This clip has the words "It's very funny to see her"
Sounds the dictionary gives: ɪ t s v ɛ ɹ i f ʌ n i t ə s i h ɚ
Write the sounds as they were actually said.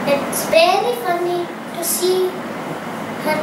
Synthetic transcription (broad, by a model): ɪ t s b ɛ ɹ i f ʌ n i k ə s i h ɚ